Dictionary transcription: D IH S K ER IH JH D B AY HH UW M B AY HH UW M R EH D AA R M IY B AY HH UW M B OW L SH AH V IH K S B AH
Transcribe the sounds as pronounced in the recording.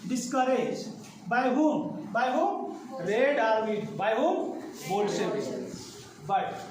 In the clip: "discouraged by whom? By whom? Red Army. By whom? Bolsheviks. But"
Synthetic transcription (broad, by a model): D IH S K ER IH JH B AY HH UW M B AY HH UW M R EH D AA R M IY B AY HH UW M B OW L S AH B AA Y